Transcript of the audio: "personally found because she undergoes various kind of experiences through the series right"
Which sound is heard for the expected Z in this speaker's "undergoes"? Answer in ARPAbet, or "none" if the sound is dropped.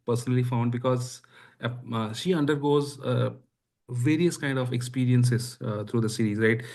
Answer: Z